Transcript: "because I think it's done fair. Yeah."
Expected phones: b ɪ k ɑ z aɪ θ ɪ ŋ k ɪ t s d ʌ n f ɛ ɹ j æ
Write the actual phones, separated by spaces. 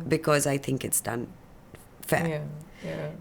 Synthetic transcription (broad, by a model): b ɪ k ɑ z aɪ θ ɪ ŋ k ɪ t s d ʌ n f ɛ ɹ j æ